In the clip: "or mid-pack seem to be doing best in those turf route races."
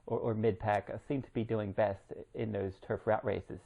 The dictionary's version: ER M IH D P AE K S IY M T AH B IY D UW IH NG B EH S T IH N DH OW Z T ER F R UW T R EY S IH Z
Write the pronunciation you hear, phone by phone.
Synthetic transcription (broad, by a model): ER M IH D P AE K S IY M T AH B IY D UW IH NG B EH S T IH N DH OW Z T ER F R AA T R EY S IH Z